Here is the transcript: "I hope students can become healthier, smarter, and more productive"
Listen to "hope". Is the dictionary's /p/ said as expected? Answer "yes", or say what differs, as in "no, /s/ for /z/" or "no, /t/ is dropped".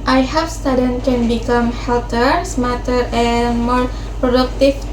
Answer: no, /f/ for /p/